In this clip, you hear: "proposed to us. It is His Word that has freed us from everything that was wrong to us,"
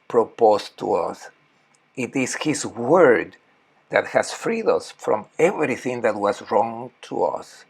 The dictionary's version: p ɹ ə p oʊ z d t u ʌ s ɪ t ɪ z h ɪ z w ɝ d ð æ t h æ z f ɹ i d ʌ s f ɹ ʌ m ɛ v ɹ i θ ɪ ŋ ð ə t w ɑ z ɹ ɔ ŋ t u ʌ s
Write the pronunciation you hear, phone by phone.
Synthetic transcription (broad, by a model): p ɹ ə p oʊ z t u ʌ s ɪ t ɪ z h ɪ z w ɝ d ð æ t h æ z f ɹ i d ʌ s f ɹ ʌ m ɛ v ɹ i θ ɪ ŋ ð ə t w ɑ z ɹ ɔ ŋ t u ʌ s